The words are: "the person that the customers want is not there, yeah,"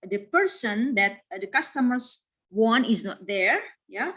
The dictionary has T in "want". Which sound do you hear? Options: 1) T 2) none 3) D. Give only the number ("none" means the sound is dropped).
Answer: 2